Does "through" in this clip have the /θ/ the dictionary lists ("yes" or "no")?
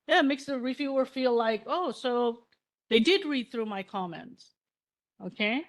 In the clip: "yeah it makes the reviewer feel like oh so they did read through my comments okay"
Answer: yes